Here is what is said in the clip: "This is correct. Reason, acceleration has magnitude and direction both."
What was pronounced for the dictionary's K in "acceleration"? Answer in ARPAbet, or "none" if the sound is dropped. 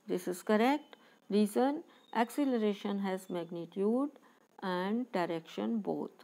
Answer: K